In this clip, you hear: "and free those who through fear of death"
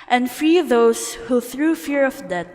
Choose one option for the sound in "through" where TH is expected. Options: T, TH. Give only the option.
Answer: TH